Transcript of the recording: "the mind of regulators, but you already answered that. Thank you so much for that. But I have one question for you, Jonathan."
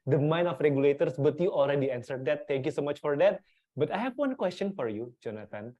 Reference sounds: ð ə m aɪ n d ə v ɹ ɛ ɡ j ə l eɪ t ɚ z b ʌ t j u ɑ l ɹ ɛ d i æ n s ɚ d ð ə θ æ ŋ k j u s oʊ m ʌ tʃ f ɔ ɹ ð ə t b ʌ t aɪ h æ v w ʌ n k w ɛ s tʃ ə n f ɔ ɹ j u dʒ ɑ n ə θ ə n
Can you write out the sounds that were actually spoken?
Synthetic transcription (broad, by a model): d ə m aɪ n ə f ɹ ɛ ɡ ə l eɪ t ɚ s b ʌ t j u ɑ l ɹ ɛ d i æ n s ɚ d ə t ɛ ŋ k j u s oʊ m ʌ tʃ f ɔ ɹ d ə t b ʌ t aɪ h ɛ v w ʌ n k w ɛ s tʃ ə n f ɔ ɹ j u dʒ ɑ n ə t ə n